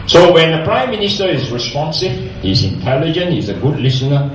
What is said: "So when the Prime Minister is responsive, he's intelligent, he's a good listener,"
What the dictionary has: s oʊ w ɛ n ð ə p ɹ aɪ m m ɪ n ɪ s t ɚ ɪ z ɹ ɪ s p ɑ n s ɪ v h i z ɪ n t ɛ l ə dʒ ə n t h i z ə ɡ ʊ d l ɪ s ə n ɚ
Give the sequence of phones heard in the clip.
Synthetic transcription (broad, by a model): s oʊ w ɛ n ð ə p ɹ aɪ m m ɪ n ɪ s t ɚ ɪ z ɹ ɪ s p ɑ n s ɪ v h i z ɪ n t ɛ l ə dʒ ə n t h i z ə ɡ ʊ d l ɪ s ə n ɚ